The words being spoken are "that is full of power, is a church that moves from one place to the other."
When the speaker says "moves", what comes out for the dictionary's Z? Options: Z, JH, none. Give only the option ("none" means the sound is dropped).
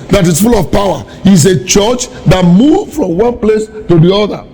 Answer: none